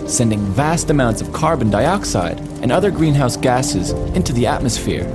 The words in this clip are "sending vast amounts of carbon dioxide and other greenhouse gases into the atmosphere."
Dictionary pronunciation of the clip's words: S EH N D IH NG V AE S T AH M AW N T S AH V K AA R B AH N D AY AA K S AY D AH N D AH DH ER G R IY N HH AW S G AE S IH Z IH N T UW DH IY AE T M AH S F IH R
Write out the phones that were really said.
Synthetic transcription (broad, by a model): S EH N D IH NG V AE S T AH M AW N T S AH V K AA R B AH N D AY AA K S AY D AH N AH DH ER G R IY N HH AW S G AE S IH Z IH N T UW DH IY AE T M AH S F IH R